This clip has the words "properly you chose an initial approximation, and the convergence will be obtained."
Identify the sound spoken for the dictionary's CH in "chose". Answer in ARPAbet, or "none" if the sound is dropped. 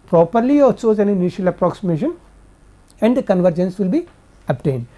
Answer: S